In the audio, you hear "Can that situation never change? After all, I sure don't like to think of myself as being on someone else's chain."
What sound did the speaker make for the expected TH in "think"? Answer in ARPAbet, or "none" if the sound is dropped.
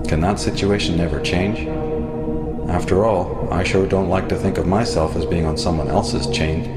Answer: TH